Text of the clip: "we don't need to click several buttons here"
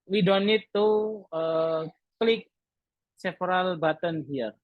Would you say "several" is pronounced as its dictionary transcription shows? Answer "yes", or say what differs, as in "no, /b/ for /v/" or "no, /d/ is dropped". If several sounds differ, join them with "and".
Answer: no, /f/ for /v/